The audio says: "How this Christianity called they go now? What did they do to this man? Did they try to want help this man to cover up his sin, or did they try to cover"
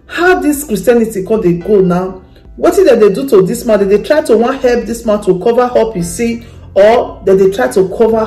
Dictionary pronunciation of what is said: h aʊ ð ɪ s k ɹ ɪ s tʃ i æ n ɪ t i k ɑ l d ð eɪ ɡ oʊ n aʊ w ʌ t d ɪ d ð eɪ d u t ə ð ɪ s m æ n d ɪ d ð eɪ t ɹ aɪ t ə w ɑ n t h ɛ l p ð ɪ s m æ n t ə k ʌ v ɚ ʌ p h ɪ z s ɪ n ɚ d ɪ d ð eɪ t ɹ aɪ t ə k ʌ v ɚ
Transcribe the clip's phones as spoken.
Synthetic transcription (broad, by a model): h aʊ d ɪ s k ɹ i s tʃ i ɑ n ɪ t i k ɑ d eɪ ɡ oʊ n aʊ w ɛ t d ɪ d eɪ d u t ə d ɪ s m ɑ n d ɪ d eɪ t ɹ aɪ t ə w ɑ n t h ɛ l p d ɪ s m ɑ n t ə k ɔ v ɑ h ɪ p s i ɔ d ɪ d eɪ t ɹ aɪ t ə k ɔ v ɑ